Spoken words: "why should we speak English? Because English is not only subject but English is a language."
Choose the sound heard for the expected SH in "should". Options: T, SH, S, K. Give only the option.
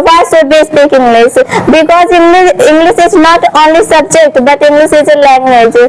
S